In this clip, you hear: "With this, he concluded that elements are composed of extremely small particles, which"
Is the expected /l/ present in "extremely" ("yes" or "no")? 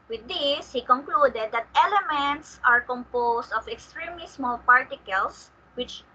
no